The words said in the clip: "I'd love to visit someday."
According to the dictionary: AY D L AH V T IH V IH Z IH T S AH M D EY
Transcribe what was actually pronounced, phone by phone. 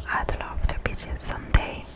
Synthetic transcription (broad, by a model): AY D L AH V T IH B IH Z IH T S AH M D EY